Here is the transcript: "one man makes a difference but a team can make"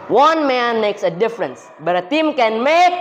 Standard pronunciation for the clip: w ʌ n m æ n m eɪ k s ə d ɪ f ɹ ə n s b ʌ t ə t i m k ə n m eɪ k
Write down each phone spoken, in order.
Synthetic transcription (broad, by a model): w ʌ n m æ n m eɪ k s ə d ɪ f ɹ ə n s b ʌ t ə t i m k ə n m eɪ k